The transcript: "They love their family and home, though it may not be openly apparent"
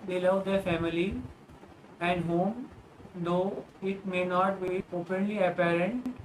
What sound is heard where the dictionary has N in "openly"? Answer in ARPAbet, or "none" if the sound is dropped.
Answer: N